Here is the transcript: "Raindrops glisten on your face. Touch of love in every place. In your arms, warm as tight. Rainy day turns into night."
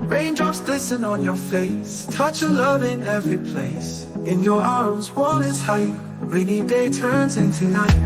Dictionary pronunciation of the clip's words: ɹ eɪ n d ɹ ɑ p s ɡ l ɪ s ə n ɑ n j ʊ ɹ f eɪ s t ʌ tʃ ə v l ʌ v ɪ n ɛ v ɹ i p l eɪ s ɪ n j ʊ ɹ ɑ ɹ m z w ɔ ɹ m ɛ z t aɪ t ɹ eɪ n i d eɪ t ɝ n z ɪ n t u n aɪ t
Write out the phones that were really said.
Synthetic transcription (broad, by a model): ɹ eɪ n d ɹ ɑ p s l ɪ s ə n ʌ n j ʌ ɹ f eɪ s t ʌ tʃ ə l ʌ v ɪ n ɛ v ɹ i p l eɪ s ɪ n j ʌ ɹ ɑ ɹ m z w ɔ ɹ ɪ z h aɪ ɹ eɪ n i d eɪ t ɝ n z ɪ n t u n aɪ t